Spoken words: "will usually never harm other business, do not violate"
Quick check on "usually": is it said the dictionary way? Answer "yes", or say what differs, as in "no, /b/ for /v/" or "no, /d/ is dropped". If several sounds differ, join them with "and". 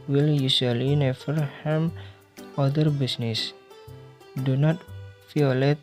no, /s/ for /ʒ/